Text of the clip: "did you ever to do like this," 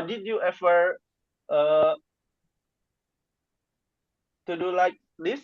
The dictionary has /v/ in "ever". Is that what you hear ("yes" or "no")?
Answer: no